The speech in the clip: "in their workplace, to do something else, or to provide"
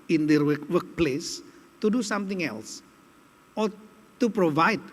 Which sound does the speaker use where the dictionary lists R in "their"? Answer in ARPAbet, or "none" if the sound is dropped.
W